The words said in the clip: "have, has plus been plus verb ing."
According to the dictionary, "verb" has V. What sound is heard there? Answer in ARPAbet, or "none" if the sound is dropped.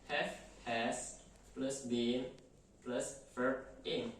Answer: F